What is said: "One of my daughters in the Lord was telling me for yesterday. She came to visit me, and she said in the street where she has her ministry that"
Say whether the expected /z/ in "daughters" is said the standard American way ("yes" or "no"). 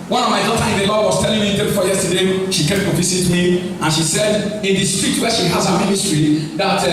no